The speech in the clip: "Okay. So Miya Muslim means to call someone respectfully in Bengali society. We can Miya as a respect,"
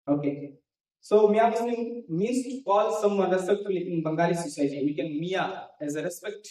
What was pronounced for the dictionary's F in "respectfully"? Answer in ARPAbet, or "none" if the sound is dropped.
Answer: none